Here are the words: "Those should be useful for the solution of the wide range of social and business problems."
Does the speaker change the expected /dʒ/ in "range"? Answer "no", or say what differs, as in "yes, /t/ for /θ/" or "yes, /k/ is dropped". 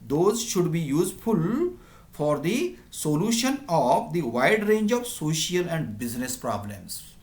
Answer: no